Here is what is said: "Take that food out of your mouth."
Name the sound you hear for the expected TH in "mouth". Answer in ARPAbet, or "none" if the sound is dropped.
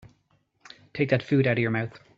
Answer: TH